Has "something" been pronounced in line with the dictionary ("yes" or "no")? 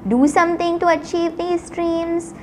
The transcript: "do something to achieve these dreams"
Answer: no